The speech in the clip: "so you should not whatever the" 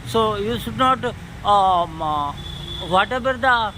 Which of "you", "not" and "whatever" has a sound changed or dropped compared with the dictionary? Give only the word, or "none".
whatever